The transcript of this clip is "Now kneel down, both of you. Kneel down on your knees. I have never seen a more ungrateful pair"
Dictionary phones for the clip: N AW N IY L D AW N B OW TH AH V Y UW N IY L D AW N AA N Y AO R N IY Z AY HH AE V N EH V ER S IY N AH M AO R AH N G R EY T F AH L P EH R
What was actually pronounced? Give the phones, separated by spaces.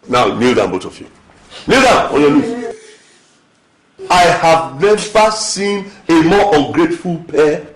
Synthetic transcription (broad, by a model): N AW N IY L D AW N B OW T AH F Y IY N IY L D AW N AA N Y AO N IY AY HH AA V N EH V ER S IY N AH M AO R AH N G R EY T F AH L P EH